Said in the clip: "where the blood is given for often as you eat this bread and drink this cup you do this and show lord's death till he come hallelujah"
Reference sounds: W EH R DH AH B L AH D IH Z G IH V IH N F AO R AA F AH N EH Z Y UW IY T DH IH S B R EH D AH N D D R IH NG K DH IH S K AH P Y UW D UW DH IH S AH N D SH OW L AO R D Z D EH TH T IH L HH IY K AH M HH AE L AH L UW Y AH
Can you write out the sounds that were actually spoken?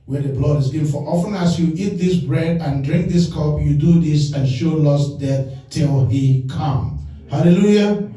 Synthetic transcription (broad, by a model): W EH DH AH B L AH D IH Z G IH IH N F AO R AA F AH N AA S Y UW IY T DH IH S B R EH D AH N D D R IH NG K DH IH S K AH P Y UW D UW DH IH S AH N SH OW L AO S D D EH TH T IH L HH IY K AH M HH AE L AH L UW Y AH